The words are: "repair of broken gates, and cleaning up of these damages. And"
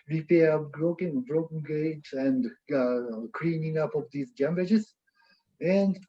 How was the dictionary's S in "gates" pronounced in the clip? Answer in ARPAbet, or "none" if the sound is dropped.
none